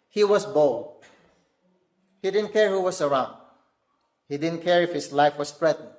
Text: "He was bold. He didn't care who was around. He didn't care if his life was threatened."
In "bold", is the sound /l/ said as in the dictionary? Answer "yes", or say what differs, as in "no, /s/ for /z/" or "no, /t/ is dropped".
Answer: yes